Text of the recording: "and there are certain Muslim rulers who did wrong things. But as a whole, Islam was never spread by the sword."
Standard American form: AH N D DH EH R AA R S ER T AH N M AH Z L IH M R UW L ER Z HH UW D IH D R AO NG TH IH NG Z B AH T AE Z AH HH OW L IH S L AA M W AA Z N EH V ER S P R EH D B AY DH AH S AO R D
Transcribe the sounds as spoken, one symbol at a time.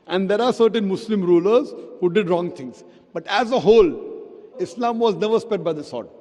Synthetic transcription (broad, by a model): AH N D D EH R AA R S ER T AH N M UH S L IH M R UW L ER Z HH UW D IH D R AO NG T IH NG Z B AH T AE Z AH HH OW L IH S L AA M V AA Z N EH V ER S P EH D B AY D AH S AO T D